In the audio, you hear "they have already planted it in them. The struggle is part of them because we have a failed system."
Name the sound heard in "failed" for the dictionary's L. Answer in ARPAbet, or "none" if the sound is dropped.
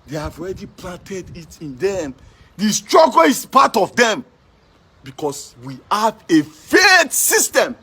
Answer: none